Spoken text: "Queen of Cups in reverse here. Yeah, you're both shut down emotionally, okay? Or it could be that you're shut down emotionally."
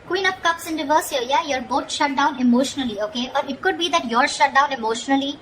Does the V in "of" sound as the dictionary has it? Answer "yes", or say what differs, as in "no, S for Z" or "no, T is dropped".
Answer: no, P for V